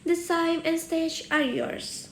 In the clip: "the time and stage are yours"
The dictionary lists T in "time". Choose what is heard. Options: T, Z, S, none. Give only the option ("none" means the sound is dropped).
S